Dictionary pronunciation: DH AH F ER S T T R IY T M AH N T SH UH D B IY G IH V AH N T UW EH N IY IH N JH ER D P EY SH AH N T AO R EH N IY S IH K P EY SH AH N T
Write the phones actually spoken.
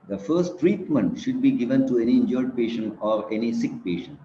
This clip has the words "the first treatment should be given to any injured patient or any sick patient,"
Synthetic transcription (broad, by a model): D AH F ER S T T R IY T M AH N T SH UH D B IY G IH V AH N T UW EH N IY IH N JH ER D P EY SH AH N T AO R EH N IY S IH K P EY SH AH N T